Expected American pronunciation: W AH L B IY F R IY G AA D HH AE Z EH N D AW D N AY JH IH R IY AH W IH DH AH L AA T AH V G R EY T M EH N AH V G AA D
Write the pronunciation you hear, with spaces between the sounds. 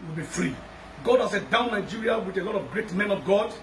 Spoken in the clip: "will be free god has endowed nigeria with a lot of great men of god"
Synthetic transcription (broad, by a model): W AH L B IY F R IY G AA D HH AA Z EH D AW N AY JH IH R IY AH W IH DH AH L AA T AH V G R EY T M EH N AH V G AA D